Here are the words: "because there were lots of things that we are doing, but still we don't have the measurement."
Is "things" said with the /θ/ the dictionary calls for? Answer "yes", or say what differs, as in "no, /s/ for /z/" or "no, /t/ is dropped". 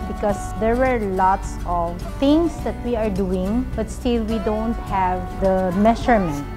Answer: no, /t/ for /θ/